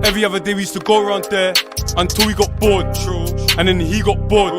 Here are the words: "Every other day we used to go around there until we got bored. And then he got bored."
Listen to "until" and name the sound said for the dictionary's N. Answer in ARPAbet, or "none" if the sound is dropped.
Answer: N